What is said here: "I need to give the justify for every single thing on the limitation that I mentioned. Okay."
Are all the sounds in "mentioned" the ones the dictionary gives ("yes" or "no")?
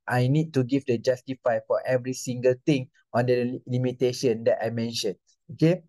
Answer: no